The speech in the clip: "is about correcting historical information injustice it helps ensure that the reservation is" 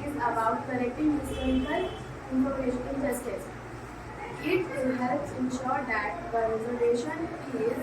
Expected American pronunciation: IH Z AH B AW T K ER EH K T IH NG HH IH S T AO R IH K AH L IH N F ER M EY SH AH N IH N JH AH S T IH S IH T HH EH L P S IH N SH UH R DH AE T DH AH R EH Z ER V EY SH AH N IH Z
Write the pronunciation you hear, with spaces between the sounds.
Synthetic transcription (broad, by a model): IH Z AH B AW T K ER EH K T IH NG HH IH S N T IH AH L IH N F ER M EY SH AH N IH L JH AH S T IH S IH T HH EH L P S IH N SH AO R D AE T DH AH R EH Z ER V EY SH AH N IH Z